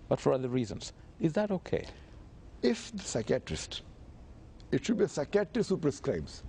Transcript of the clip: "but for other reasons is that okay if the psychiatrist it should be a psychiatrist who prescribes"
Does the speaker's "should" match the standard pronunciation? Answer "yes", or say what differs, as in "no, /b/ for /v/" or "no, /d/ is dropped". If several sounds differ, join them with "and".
yes